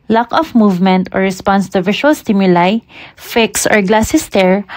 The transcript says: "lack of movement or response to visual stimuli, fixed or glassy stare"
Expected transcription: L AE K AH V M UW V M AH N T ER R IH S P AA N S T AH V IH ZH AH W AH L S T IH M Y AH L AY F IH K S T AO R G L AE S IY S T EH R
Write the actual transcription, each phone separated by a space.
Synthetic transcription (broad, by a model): L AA K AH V M UW V M AH N T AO R IH S P AA N S T AH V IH SH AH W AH L S T IH M Y AH L AY F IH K S AO R G L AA S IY S T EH R